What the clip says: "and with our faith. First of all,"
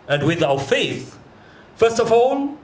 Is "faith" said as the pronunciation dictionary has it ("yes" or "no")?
yes